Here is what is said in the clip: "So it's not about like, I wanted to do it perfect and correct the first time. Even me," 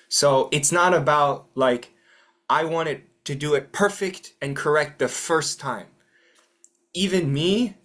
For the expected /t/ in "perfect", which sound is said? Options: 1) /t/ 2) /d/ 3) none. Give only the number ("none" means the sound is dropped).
1